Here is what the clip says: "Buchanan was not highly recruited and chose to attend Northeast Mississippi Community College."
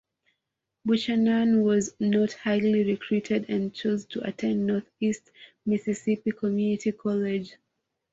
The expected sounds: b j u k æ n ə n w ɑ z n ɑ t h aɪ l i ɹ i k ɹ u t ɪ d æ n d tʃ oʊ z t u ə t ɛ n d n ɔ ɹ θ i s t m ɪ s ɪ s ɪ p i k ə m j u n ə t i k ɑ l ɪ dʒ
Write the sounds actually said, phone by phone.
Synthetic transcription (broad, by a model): b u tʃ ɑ n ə n w ɑ z n ɑ t h aɪ l i ɹ i k ɹ u t ɪ d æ n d tʃ oʊ z t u ə t ɛ n d n ɔ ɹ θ i s t m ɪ s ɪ s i p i k ə m j u n ə t i k ɑ l ɪ dʒ